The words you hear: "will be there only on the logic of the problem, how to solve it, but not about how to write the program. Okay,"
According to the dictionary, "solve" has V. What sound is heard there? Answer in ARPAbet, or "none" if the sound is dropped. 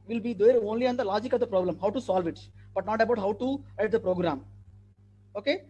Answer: V